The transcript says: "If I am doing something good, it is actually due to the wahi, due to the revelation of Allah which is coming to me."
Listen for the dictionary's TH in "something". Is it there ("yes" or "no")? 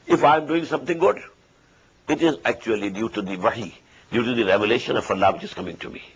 no